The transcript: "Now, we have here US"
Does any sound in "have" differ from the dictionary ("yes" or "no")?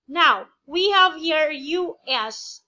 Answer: no